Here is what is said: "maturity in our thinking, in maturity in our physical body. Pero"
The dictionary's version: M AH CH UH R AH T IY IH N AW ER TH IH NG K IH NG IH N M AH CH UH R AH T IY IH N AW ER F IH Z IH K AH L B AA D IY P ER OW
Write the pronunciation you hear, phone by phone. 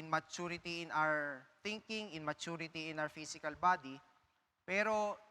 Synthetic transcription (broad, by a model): M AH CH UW R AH T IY IH N AW ER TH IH NG K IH NG IH N M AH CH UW R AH T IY IH N AW ER F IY S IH K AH L B AA D IY P ER OW